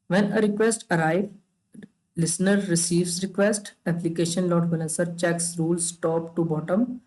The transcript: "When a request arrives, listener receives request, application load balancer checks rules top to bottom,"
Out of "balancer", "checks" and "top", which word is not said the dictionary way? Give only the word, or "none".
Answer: balancer